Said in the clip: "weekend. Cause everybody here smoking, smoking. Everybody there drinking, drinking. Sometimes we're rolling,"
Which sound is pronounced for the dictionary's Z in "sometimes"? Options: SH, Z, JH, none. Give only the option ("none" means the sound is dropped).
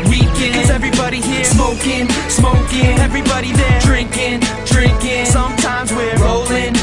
Z